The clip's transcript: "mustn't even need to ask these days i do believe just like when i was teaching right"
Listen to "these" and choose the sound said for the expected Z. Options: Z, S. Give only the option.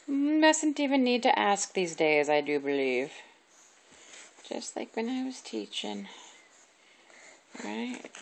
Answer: Z